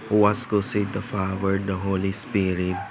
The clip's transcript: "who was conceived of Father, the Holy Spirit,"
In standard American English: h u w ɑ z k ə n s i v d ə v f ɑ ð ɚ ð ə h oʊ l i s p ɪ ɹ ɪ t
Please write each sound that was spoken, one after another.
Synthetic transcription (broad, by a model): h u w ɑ s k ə s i d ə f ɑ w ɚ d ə h oʊ l i s p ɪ ɹ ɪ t